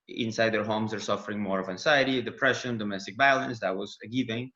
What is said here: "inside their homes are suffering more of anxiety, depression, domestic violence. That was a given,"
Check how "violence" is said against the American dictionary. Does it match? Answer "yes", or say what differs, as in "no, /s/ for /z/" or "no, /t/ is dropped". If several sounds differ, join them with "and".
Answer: no, /b/ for /v/